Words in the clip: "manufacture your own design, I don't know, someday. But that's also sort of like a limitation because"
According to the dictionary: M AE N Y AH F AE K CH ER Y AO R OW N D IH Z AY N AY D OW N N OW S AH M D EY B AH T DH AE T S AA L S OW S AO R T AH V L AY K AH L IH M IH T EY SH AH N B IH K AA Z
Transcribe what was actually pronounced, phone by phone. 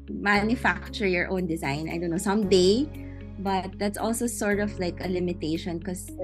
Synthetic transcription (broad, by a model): M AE N Y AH F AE K CH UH Y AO R OW N D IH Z AY N AY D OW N N OW S AH M D EY B AH T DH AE T S AA L S OW S AO R T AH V L AY K AH L IH M IH T EY SH AH N K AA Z